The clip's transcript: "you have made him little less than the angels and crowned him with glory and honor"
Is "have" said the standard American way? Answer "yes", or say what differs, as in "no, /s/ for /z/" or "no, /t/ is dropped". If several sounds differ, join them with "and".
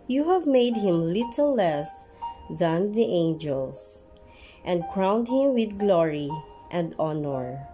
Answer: yes